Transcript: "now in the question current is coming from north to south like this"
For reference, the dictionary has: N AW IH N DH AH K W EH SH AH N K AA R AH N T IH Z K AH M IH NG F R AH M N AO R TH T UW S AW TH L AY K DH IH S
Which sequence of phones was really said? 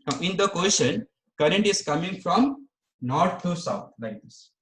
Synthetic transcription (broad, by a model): IH N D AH K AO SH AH N K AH R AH N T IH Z K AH M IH NG F R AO M N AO R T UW S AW T L AY K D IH S